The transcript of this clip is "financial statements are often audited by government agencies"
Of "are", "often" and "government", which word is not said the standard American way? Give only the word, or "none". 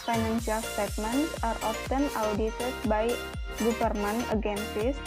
government